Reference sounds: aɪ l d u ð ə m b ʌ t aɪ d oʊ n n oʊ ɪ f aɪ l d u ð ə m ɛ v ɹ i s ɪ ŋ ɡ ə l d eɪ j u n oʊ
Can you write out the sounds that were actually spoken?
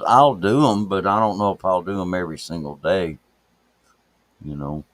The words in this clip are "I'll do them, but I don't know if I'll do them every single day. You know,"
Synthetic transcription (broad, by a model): aɪ l d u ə m b ʌ t aɪ d oʊ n n oʊ ɪ f aɪ l d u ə m ɛ v ɹ i s ɪ ŋ ɡ l d eɪ j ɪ n oʊ